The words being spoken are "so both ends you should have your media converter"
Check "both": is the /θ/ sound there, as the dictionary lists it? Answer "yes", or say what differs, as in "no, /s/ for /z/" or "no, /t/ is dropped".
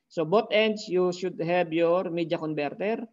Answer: no, /t/ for /θ/